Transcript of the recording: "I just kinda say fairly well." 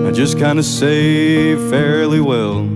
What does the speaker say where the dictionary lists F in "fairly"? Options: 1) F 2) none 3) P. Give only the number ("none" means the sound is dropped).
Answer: 1